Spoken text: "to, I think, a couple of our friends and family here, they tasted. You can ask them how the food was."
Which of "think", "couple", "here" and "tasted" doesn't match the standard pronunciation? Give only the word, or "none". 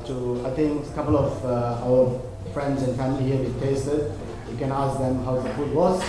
think